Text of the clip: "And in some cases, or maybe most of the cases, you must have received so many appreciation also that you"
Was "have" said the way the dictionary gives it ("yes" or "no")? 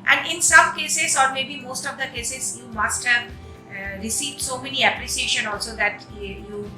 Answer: yes